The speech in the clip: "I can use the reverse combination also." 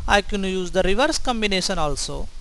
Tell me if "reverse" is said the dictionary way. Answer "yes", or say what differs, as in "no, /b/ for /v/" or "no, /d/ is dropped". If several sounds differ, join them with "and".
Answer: yes